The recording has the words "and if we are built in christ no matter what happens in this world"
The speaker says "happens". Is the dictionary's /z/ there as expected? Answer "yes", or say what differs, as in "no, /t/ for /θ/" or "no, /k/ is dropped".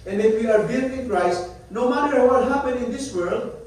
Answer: no, /z/ is dropped